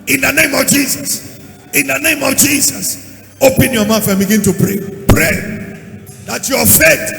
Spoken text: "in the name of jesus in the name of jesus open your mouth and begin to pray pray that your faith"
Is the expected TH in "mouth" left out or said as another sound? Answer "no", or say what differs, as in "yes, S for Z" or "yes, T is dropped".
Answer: yes, F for TH